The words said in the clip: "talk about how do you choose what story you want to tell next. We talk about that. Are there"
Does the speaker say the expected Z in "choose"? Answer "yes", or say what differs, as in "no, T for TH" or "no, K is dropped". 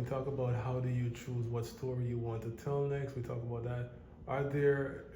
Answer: yes